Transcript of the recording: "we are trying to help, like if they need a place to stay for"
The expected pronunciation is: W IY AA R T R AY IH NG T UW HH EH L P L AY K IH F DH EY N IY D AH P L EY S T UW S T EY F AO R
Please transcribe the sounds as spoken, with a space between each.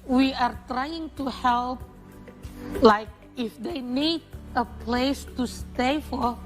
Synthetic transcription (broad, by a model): W IY AA R T R AY IH NG T UW HH EH L P L AY K IH F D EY N IY D AH P L EY S T UW S T EY F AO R